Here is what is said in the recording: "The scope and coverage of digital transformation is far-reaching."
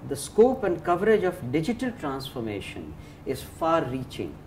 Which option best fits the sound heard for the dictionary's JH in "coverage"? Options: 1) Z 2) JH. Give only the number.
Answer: 2